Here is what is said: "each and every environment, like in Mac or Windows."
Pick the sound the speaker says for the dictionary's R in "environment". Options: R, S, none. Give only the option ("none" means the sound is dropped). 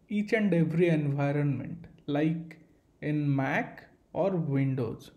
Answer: R